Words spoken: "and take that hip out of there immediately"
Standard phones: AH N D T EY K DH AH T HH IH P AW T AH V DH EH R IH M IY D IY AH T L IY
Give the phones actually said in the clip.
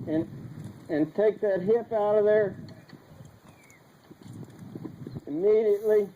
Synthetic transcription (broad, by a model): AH N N T EY K DH AH T HH IH P AW T AH V DH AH R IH M IY D IY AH T L IY